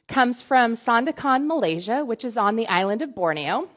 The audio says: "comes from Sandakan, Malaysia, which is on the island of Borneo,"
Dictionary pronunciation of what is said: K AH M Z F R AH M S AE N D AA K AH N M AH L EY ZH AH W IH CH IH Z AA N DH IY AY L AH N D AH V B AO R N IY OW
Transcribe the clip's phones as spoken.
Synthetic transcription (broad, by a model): K AH M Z F R AH M S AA N D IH K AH N M AH L EY ZH AH W IH CH IH Z N DH IY AY L AH N D AH V B AO R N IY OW